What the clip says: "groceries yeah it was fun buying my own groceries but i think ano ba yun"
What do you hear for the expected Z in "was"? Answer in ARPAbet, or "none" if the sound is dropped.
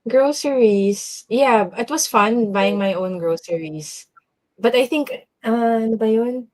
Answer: S